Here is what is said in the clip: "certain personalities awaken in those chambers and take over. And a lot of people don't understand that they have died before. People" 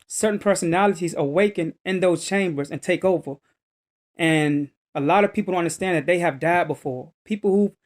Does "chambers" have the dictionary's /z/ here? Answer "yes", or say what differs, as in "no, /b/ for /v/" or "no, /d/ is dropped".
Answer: yes